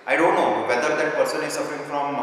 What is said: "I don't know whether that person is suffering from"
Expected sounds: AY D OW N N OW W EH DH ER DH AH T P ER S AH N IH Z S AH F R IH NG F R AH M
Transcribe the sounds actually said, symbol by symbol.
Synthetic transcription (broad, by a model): AY D OW N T OW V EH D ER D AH T P ER S AH N IH Z S AH F R IH NG F R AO M